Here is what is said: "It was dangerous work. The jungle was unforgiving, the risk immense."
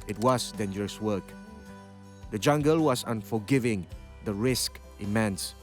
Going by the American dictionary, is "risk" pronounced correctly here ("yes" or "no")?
yes